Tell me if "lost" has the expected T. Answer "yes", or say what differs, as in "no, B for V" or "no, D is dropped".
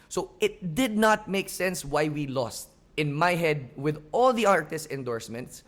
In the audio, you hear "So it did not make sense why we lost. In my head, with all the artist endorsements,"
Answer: yes